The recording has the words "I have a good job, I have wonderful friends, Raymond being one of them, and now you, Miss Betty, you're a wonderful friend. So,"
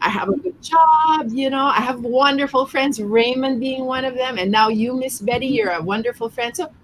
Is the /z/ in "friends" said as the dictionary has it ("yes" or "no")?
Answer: yes